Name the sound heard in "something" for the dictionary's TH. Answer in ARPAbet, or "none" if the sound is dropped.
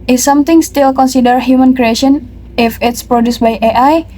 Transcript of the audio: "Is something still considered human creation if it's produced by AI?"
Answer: T